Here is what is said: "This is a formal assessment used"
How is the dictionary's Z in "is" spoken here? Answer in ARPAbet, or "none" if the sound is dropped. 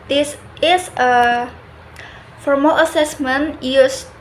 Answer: S